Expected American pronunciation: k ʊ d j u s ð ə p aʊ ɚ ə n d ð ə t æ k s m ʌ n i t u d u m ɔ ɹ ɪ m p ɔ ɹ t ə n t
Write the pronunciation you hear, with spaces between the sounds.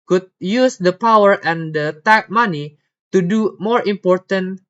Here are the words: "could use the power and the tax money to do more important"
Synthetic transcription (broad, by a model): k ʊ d j u s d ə p aʊ ɚ ə n d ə t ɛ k m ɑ n i t u d u m ɔ ɹ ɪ m p ɔ ɹ t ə n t